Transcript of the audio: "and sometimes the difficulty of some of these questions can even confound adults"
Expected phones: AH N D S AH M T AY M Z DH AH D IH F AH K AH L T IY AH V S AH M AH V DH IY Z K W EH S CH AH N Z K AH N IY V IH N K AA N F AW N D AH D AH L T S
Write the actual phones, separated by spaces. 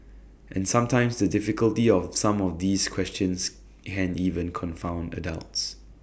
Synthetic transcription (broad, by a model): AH N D S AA M T AY M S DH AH D IH F AH K AH L T IY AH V S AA M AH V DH IY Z K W EH S CH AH N S K AH N IY V IH N K AA N F AW N D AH D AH L T S